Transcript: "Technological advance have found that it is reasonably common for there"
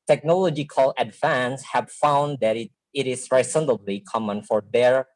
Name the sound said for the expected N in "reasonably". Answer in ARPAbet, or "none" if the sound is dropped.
L